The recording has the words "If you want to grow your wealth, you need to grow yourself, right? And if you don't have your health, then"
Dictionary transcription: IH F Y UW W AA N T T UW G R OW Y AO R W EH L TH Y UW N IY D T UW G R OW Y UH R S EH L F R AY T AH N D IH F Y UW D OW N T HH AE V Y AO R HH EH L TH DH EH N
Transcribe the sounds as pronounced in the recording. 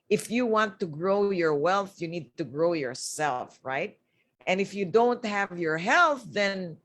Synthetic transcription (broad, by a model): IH F Y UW W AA N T T UW G R OW Y AO R W EH L TH Y UW N IY D T UW G R OW Y UH R S EH L F R AY T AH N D IH F Y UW D OW N T HH AE V Y AO R HH EH L TH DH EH N